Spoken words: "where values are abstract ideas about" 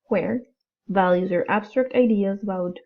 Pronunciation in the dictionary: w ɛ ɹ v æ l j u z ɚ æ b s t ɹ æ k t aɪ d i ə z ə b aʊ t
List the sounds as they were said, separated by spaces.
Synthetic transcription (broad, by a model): w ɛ ɹ v æ l j u z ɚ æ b s t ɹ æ k t aɪ d i ə z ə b aʊ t